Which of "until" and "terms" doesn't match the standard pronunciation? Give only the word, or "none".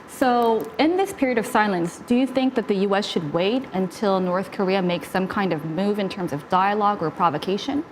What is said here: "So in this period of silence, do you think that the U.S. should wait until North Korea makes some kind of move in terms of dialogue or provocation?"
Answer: none